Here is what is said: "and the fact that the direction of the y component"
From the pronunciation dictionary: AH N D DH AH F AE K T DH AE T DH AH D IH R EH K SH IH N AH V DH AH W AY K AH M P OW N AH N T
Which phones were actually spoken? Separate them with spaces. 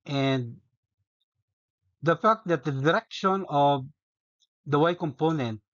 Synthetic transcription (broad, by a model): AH N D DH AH F AE K T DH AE T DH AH D IH R EH K SH IH N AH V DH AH W AY K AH M P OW N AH N T